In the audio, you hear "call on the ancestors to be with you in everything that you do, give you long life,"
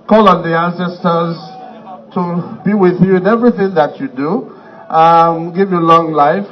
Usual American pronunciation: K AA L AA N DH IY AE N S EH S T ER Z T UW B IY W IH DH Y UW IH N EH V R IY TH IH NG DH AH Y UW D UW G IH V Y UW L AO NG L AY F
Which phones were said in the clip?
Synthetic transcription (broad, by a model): K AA L AA N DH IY AE N S EH S T ER Z T UW B IY W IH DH Y UW IH N EH V R IY TH IH NG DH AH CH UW D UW G IH V Y UW L AO NG L AY F